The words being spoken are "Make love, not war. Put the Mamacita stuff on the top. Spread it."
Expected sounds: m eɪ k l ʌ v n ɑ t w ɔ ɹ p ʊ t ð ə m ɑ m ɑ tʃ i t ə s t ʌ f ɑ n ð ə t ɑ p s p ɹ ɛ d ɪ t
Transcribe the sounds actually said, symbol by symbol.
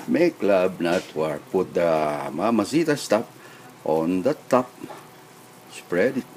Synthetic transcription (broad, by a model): m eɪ k l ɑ b n ɑ t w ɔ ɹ p ʊ t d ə m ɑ m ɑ s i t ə s t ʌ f ɑ n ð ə t ɑ p s p ɹ ɛ d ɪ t